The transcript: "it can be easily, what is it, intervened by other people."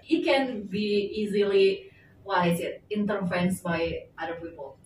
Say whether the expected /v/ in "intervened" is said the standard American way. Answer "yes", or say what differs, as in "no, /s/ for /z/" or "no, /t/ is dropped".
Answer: no, /f/ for /v/